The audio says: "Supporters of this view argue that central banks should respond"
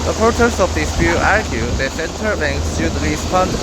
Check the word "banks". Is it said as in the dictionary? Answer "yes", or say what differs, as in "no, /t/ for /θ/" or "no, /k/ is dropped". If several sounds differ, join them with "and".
no, /k/ is dropped